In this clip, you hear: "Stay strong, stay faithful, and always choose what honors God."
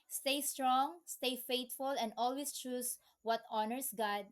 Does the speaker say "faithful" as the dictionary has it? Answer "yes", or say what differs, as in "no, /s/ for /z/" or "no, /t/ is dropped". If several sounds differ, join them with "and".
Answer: no, /t/ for /θ/